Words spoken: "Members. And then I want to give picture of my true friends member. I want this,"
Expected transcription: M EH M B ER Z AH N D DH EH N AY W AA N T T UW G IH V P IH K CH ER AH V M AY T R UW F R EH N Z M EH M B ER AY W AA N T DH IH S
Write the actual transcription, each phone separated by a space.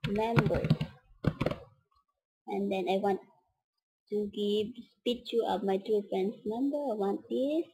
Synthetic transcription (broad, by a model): M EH M B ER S AH N D EH N AY W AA N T T UW G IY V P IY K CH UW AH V M AY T UW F R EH N S M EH M B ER AY W AA N T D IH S